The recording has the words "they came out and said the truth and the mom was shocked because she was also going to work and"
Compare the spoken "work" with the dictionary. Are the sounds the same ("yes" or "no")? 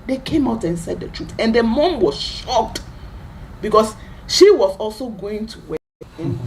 no